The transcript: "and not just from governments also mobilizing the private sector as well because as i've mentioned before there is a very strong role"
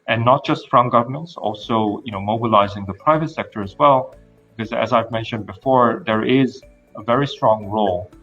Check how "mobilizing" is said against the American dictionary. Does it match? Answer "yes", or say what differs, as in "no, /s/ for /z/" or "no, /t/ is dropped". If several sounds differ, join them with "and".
yes